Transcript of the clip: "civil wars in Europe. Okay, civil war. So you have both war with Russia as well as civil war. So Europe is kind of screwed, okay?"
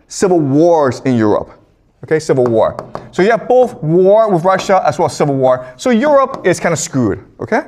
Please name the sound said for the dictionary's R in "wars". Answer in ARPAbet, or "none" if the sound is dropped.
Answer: R